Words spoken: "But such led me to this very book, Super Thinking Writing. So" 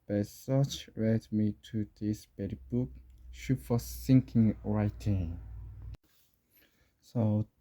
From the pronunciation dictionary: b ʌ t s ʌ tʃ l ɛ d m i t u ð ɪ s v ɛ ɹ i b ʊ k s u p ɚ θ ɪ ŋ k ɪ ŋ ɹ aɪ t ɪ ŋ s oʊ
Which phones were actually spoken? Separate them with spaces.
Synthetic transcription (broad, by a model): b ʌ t s ʌ tʃ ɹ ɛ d m i t u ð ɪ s b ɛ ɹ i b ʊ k ʃ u f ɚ s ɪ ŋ k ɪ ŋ ɹ aɪ t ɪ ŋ s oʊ